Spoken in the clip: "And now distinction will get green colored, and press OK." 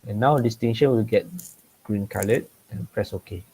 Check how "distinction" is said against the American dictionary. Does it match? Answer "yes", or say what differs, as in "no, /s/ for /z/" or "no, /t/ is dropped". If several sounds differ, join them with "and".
no, /k/ is dropped